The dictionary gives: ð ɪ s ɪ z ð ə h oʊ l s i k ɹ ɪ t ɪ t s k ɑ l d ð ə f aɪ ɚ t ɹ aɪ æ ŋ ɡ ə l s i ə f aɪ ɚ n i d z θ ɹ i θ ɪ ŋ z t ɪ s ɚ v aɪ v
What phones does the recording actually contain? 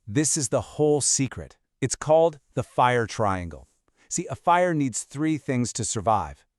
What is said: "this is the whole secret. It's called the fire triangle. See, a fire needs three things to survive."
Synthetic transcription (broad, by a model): ð ɪ s ɪ z ð ə h oʊ l s i k ɹ ɪ t ɪ t s k ɑ l d ð ə f aɪ ɚ t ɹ aɪ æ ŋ ɡ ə l s i ə f aɪ ɚ n i d z θ ɹ i θ ɪ ŋ z t ɪ s ɚ v aɪ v